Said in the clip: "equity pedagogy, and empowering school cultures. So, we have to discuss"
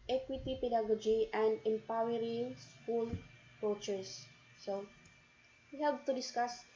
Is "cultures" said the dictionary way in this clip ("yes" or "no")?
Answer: no